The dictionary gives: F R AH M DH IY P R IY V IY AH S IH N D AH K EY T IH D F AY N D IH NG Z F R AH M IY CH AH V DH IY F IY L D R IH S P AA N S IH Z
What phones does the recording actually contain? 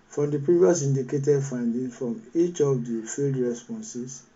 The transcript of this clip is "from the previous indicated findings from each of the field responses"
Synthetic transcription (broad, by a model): F R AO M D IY P R IY V IY AH S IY N D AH K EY T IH D F AY N D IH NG F R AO M IY CH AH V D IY F IY L D R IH S P AA N S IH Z